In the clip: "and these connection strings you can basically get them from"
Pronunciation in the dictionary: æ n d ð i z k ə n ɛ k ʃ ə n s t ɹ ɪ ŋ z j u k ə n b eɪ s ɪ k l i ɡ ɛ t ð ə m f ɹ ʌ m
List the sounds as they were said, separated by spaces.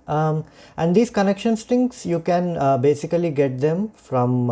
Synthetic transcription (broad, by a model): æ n d i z k ə n ɛ k ʃ ə n s t ɪ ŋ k j u k ə n b eɪ s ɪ k l i ɡ ɛ t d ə m f ɹ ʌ m